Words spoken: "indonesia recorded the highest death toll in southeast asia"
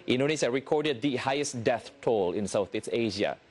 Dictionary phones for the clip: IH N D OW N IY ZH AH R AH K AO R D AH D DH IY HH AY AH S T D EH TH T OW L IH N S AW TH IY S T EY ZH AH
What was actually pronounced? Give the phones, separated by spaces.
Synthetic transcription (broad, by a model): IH N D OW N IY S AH R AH K AO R D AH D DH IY HH AY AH S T D EH TH T OW L IH N S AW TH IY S EY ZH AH